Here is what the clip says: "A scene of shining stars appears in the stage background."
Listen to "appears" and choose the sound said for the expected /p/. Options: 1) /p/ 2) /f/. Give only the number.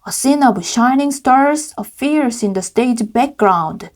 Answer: 2